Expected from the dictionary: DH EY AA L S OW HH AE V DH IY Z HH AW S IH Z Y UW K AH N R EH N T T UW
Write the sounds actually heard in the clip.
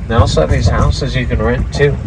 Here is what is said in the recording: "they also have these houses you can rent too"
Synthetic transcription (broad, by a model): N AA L S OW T DH IY Z HH AW S IH Z Y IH K AH N R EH N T T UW